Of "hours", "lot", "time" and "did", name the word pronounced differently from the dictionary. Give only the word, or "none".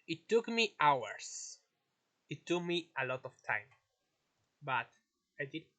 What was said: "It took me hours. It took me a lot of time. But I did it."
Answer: hours